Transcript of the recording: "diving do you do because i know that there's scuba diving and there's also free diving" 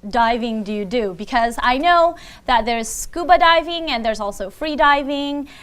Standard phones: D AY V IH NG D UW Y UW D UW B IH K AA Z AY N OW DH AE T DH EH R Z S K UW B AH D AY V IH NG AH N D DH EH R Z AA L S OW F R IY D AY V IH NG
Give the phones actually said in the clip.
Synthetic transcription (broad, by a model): D AY V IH NG D UW Y UW D UW B IH K AA Z AY N OW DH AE T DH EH R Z S K UW B AH D AY V IH NG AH N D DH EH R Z AA L S OW F R IY D AY V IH NG